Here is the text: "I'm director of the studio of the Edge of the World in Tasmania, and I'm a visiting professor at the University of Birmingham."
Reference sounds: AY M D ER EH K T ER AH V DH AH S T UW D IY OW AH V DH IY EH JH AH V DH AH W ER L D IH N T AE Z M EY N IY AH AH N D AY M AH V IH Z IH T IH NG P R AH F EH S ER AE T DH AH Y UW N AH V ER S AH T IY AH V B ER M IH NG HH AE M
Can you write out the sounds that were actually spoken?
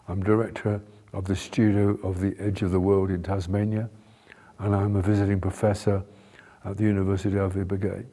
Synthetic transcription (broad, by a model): AY M D ER EH K T ER AH V DH AH S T UW D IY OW AH V DH IY EH JH AH V DH AH W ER L D IH N T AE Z M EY N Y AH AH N AY M AH V IH Z IH T IH NG P R AH F EH S ER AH T DH AH Y UW N AH V ER S AH T IY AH V B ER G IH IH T